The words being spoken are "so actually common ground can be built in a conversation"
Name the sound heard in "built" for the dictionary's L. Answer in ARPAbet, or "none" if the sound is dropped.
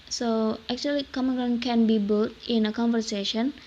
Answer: none